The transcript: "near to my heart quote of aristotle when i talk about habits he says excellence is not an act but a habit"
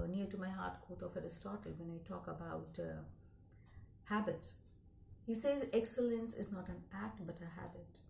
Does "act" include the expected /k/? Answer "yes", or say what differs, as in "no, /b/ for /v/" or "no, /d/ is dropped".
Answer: yes